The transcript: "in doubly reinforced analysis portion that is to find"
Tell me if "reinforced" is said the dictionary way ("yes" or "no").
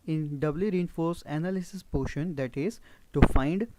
no